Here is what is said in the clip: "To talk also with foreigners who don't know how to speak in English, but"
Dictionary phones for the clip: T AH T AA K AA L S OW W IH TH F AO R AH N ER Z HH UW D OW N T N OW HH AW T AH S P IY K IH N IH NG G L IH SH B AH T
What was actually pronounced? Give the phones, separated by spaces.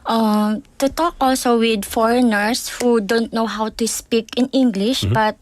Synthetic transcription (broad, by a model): T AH T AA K AA L S OW W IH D F AO R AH N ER S HH UW D OW N T N OW HH AW T AH S P IY K IH N IH NG G L IH SH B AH T